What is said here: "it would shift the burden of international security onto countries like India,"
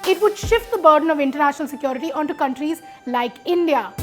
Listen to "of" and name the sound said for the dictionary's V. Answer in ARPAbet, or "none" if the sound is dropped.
V